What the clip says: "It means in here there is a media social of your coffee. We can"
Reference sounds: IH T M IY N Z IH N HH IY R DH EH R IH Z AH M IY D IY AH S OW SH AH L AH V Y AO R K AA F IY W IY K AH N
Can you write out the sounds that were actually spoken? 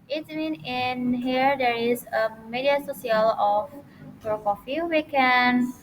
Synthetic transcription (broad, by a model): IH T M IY N IH N HH IY R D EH R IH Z AH M IY D IY AH S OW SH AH L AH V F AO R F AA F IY W IY K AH N